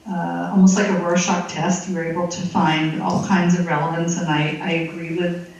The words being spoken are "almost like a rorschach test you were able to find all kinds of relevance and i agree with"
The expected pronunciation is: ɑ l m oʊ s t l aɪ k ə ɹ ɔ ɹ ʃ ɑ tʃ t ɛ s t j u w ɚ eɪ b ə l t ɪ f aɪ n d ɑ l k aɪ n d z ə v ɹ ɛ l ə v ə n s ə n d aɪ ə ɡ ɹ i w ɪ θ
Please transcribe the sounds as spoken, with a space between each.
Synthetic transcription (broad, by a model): ɑ l m oʊ s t l aɪ k ə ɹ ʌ ɹ ʃ ɑ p t ɛ s t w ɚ eɪ b l t ɪ f aɪ n d ɑ l k aɪ n d z ə v ɹ ɛ l ə v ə n s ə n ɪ aɪ ə ɡ ɹ i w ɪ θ